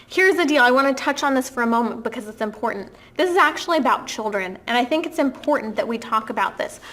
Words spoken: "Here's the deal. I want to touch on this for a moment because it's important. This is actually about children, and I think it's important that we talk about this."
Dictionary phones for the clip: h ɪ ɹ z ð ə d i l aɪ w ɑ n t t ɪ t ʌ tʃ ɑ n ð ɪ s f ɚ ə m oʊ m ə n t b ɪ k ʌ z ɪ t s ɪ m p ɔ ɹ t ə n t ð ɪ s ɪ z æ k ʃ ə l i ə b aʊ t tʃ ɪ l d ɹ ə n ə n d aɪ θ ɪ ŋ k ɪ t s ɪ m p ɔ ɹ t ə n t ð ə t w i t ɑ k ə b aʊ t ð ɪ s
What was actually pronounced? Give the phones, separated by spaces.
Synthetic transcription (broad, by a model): h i ɹ z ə d i l aɪ w ɑ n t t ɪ t ʌ tʃ n ð ɪ s f ɚ ə m oʊ m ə n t b ɪ k ʌ z ɪ t s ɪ m p ɔ ɹ t n ð ɪ s ɪ z æ k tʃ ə l i ə b aʊ t tʃ ɪ l d ɹ ə n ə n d aɪ θ ɪ ŋ k ɪ t s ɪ m p ɔ ɹ t n ð ə t w i t ɑ k ə b aʊ t ð ɪ s